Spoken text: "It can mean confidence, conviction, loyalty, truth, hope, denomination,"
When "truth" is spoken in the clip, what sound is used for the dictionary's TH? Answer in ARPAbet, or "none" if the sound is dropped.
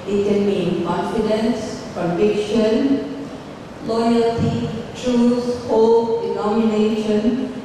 S